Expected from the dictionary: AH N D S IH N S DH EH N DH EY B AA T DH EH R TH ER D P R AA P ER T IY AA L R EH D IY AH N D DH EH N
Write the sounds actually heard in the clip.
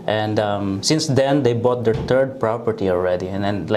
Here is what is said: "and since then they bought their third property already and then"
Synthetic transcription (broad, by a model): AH N D S IH N S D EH N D EY B AA T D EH R T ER D P R AA P ER T IY AA L R EH D IY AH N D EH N